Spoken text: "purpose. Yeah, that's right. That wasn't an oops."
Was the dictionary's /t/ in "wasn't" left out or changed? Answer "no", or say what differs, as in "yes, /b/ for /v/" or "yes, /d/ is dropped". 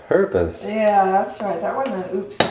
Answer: yes, /t/ is dropped